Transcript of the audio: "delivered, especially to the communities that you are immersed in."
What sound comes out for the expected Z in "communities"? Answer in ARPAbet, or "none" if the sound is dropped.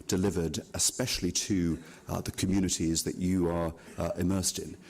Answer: Z